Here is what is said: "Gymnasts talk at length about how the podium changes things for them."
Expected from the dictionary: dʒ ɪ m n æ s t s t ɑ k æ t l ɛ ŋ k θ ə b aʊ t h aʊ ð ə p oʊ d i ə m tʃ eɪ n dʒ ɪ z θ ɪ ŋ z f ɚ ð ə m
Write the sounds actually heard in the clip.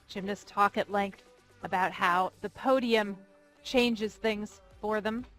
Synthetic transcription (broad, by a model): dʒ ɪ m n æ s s t ɑ k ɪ t l ɛ ŋ k θ ə b aʊ t h aʊ ð ə p oʊ d i ə m tʃ eɪ n dʒ ɪ z θ ɪ ŋ z f ɚ ð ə m